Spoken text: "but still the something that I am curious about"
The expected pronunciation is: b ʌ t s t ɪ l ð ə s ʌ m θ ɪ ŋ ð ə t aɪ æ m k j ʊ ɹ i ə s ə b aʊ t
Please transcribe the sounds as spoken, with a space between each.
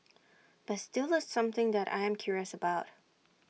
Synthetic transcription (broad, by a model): b ʌ t s t ɪ l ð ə s ʌ m θ ɪ ŋ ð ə t aɪ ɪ m k j ʊ ɹ i ə s ə b aʊ t